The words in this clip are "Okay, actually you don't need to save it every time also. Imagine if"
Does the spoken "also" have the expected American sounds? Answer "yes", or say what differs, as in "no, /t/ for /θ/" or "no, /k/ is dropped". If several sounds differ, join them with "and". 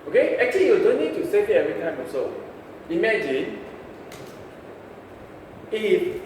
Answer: no, /l/ is dropped